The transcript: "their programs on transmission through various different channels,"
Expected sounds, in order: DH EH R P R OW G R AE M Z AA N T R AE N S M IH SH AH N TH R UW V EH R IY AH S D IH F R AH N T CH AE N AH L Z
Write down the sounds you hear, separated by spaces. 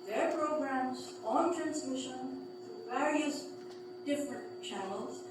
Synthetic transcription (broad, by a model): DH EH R P R OW G R AE M Z AA N T R AE N S M IH SH AH N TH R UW V EH R IY AH S D IH F R AH N T CH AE N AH L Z